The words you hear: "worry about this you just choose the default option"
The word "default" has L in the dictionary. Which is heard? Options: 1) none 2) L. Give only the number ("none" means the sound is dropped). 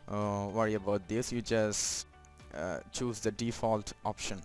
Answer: 2